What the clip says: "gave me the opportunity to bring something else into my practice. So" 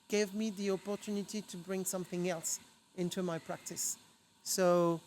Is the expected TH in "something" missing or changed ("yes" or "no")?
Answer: no